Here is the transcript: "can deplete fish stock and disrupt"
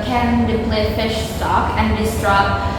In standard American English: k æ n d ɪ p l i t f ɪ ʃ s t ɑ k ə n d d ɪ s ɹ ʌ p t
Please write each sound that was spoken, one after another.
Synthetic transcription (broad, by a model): k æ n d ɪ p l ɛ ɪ f ɪ ʃ s t ɑ k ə n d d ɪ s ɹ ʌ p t